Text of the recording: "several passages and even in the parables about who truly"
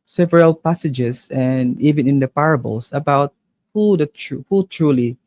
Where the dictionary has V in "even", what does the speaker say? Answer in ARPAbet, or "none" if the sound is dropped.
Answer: V